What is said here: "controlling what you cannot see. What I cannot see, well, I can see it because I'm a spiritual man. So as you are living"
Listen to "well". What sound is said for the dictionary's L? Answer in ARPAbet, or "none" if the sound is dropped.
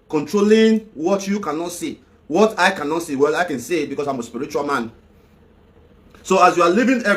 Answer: L